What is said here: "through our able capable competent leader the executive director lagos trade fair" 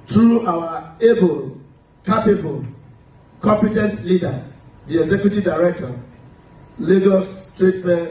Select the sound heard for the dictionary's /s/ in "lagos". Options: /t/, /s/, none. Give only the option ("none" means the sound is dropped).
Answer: /s/